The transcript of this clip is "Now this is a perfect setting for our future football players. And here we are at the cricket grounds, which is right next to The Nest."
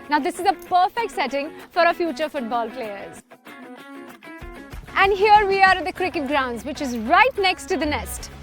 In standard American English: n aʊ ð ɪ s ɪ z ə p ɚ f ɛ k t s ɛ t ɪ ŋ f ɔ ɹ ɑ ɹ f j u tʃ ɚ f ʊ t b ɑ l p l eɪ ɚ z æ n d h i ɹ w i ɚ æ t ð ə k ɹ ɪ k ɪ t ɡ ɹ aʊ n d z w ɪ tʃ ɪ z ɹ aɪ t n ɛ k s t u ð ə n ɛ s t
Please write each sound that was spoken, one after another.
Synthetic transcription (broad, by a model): n aʊ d ɪ s ɪ z ə p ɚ f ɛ k t s ɛ t ɪ ŋ f ɔ ɹ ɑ f j u tʃ ɚ f ʊ t b ɑ l p l eɪ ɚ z æ n d h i ɹ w i ɚ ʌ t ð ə k ɹ ɪ k ɪ t ɡ ɹ aʊ n d z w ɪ tʃ ɪ z ɹ aɪ t n ɛ k s t u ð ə n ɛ s t